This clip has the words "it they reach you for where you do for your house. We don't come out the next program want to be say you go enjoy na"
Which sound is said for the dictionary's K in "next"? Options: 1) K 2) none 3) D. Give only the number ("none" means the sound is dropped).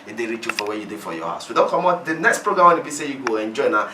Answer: 1